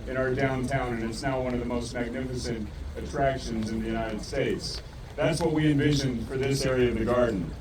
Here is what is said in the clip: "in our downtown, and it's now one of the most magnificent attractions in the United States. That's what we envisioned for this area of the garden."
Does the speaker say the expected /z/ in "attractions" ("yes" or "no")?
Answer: yes